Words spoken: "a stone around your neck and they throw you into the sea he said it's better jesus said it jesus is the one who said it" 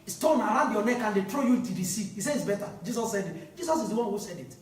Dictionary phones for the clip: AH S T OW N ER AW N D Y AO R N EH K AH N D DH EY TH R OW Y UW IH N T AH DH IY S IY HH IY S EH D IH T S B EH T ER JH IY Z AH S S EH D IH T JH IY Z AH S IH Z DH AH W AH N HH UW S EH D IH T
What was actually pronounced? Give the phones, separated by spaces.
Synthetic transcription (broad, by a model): S T OW N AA AW N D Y AO N EH K AH N D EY T R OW Y UW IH T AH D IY S IY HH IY S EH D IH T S B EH T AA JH IY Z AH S S EH D IH T JH IY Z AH S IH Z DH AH W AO N HH UW S EH D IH T